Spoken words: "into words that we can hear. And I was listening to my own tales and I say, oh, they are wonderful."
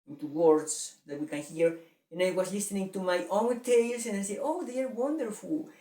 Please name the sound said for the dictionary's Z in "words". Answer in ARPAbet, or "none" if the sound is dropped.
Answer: S